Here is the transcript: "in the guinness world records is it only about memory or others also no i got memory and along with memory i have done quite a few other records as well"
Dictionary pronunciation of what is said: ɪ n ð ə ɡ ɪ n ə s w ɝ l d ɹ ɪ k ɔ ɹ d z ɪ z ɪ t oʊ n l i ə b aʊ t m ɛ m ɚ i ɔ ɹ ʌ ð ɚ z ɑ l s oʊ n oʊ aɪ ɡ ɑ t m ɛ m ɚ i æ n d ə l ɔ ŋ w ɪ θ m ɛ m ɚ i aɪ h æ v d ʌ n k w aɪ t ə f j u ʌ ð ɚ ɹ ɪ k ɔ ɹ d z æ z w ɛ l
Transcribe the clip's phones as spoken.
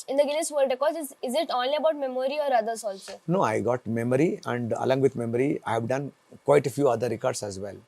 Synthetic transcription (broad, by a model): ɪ n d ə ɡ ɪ l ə s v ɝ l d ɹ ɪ k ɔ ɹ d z ɪ z ɪ t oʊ n l i ə b aʊ t m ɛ m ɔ i ɔ ɹ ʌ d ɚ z ɑ l s oʊ n oʊ aɪ ɡ ɑ t m ɛ m ɚ i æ n d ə l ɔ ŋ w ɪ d m ɛ m ɚ i aɪ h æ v d ʌ n k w aɪ t ə f j u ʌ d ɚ ɹ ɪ k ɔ ɹ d s æ z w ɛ l